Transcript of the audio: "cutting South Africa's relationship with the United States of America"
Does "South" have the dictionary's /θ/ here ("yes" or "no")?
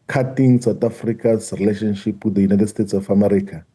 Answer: no